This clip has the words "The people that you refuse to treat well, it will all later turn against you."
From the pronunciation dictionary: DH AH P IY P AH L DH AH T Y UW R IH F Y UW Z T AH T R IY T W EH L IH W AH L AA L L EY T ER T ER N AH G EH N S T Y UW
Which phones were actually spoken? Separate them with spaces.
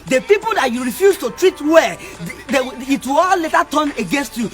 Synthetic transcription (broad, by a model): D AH P IY P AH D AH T Y UW R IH F Y UW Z T AH T R IY T W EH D IH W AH W AA L L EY T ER T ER N AH G EH N S T Y UW